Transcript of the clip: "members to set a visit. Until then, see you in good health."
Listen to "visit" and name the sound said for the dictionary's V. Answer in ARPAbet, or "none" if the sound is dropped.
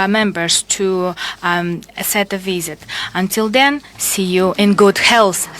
V